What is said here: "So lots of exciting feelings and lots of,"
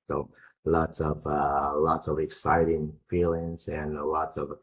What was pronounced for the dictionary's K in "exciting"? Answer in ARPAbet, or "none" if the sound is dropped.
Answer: K